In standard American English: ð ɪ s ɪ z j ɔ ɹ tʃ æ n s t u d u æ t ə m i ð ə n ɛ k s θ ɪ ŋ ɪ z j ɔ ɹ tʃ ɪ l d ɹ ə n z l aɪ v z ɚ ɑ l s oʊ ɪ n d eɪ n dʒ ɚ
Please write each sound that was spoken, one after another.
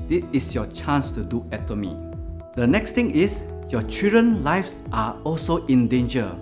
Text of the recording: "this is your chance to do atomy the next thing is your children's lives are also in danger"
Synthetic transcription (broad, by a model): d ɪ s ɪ s j ɔ tʃ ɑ n s t u d u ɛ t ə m i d ə n ɛ k s t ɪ ŋ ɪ s j ɔ tʃ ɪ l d ɹ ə n l aɪ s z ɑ ɑ l s oʊ ɪ n d eɪ n dʒ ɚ